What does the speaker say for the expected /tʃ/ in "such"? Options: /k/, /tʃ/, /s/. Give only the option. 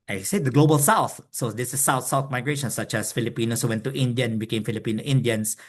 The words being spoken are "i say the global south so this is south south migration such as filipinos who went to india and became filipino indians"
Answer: /tʃ/